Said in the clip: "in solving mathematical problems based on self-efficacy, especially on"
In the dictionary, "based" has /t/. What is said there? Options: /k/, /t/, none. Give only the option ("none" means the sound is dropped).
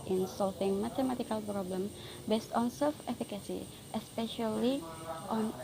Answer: /t/